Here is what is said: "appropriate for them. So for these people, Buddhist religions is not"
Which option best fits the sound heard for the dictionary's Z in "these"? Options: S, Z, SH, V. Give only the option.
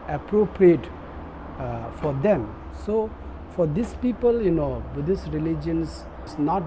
S